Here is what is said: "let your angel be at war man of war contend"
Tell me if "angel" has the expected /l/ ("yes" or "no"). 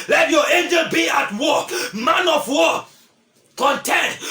no